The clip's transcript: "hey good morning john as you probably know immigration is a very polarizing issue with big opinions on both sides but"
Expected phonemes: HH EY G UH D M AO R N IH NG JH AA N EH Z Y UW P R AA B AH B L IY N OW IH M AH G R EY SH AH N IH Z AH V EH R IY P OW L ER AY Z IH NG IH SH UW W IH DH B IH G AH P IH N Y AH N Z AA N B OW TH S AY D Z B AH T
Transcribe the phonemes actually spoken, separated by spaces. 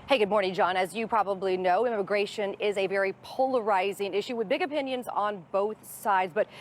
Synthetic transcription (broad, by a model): HH EY G UH D M AO R N IH NG JH AA N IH Z Y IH P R AA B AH B L IY N OW IH M AH G R EY SH AH N IH Z AH V EH R IY P OW L ER AY Z IH NG IH SH UW W IH DH B IH G AH P IH N Y AH N Z N B OW TH S AY D Z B AH T